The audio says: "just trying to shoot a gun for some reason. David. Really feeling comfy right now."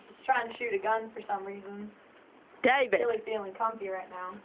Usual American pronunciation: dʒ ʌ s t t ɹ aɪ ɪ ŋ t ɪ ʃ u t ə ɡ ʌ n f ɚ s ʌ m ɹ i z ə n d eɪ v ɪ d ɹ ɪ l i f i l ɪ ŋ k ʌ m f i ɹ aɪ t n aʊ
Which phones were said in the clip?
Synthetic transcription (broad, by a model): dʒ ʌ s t t ɹ aɪ ɪ ŋ t ɪ ʃ u t ə ɡ ʌ n f ɚ s ʌ m ɹ i z ə n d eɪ ɪ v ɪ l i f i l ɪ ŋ k ʌ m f i ɹ aɪ t n aʊ